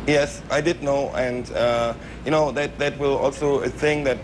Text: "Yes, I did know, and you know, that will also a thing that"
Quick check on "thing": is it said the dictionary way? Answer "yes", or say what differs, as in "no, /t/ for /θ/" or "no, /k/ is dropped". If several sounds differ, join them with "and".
no, /s/ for /θ/